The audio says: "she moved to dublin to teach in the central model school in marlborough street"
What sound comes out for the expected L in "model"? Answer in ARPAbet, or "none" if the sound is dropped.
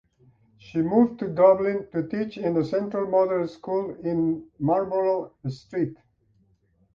N